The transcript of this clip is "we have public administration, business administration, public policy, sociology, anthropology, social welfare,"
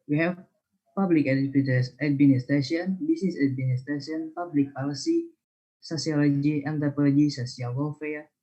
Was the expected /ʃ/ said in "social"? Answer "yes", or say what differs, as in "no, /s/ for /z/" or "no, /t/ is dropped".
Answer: no, /s/ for /ʃ/